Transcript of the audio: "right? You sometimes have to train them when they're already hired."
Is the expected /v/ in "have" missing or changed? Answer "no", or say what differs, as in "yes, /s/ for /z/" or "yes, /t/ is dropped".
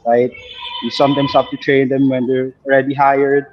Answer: yes, /f/ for /v/